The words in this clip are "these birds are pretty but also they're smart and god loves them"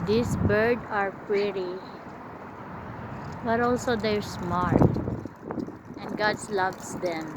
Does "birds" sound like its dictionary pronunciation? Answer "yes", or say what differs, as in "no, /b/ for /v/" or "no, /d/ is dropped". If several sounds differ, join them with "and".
no, /z/ is dropped